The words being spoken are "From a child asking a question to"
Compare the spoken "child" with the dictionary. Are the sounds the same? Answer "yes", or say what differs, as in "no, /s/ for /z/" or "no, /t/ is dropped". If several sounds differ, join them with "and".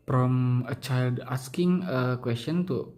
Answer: yes